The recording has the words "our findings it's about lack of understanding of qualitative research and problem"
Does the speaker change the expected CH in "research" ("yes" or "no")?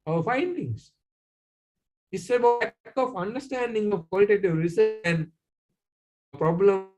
yes